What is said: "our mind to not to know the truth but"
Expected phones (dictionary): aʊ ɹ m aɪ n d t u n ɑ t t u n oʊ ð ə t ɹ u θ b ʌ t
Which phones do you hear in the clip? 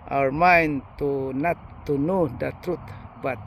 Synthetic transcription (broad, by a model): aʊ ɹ m aɪ n t u n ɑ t t u n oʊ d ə t ɹ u t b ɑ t